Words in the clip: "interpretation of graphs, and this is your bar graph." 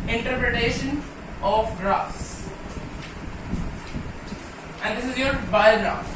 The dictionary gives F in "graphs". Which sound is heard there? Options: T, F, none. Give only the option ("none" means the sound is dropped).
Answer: none